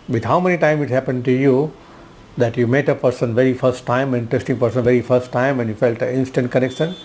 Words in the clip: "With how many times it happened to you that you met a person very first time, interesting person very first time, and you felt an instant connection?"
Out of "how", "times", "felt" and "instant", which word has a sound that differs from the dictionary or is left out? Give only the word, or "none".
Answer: times